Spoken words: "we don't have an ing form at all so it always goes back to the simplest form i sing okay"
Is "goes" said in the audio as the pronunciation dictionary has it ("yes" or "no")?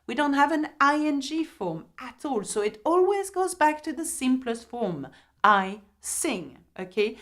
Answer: yes